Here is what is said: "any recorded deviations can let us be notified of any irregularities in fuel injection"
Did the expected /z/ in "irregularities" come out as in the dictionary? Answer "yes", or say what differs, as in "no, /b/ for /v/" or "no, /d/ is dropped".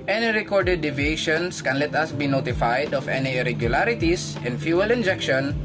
no, /s/ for /z/